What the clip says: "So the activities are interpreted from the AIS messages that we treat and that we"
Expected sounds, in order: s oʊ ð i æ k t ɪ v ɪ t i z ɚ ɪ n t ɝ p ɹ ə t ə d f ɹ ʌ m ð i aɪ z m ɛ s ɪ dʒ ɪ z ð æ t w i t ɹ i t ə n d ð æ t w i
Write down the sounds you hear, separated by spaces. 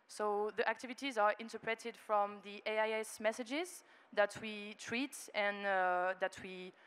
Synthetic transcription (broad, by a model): s oʊ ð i æ k t ɪ v ɪ t i z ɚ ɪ n t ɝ p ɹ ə t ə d f ɹ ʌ m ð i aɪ s m ɛ s ɪ dʒ ɪ z ð æ t w i t ɹ i t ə n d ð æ t w i